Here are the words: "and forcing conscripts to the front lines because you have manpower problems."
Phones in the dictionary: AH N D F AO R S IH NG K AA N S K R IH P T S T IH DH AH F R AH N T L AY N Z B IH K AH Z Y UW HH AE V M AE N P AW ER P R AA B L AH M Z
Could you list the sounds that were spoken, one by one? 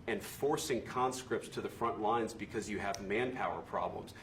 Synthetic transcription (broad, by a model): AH N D F AO R S IH NG K AA N S K R IH P T S T IH DH AH F R AH N T L AY N Z B IH K AH Z Y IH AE V M AE N P AW ER P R AA B L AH M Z